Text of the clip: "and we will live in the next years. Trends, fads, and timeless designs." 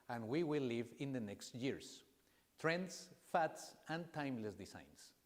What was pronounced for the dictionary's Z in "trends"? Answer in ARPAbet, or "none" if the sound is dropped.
S